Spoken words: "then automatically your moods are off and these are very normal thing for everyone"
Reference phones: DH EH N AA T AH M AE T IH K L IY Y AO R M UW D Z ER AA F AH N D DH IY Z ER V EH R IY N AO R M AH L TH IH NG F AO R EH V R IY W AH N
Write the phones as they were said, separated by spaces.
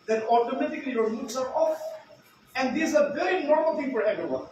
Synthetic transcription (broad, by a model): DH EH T AA T AH M AE T IH K L IY Y AO R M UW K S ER AA F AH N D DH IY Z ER V EH R IY N AO R M AH L T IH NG F AO R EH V R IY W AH N